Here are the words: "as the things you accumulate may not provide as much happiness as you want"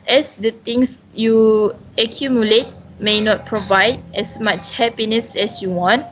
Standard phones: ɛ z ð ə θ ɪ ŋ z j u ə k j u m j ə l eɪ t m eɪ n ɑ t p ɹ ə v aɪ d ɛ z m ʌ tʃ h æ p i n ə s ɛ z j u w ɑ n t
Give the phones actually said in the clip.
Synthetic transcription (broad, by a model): ɛ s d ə t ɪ ŋ s j u ə k j u m j ə l eɪ t m eɪ n ɑ t p ɹ ə v aɪ d ɛ s m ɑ tʃ h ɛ p i n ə s ɛ s j u w ɑ n t